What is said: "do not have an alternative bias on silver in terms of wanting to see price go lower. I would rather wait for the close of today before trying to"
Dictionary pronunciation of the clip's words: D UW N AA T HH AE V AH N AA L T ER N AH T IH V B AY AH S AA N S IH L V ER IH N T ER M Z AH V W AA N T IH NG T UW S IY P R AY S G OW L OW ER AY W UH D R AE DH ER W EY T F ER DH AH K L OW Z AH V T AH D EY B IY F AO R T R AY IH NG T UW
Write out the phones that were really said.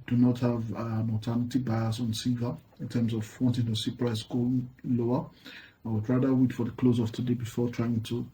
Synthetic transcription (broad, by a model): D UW N AA T HH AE V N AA T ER N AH T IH B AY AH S AA N S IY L V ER IH N T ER M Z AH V W AA N T IH NG T UW S IY P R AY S G OW L OW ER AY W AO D R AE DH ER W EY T F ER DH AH K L OW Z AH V T AH D EY B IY F AO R T R AY IH NG T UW